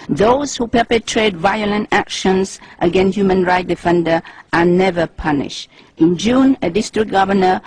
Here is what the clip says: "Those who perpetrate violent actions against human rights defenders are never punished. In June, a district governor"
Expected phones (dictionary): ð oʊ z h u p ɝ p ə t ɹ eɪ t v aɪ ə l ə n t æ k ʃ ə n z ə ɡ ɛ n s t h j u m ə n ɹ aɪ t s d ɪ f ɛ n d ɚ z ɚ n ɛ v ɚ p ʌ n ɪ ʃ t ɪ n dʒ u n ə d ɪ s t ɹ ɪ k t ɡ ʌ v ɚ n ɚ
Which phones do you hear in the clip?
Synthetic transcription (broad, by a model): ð oʊ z h u p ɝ p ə t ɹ eɪ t v aɪ ə l ə n t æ k ʃ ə n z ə ɡ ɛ n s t h j u m ə n ɹ aɪ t d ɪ f ɛ n d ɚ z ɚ n ɛ v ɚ p ʌ n ɪ ʃ t ɪ n dʒ u n ə d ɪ s t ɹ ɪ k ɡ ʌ v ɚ n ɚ